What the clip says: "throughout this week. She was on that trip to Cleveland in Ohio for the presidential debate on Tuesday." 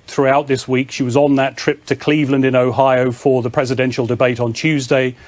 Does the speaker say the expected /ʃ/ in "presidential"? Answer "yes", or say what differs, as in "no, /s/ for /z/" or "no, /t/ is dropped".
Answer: yes